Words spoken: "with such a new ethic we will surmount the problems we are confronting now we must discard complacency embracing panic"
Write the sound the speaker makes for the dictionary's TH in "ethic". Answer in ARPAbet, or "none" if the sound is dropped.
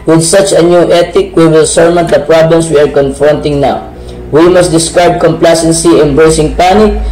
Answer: T